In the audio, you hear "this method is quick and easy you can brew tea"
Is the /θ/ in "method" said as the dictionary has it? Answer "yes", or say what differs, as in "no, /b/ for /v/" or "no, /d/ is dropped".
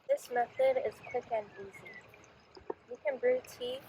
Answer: yes